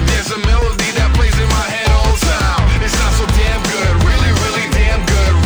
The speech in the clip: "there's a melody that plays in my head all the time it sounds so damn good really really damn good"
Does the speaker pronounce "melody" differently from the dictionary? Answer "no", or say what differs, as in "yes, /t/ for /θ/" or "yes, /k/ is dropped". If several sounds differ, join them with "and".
no